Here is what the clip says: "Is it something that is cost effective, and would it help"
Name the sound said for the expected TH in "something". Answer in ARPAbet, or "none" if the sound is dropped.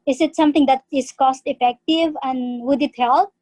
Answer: T